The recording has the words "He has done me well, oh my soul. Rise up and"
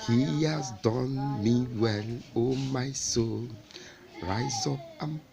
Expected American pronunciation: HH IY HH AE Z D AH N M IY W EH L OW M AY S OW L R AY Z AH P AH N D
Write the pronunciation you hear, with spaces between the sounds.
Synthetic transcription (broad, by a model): HH IY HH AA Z D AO N M IY W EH N OW M AY S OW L R AY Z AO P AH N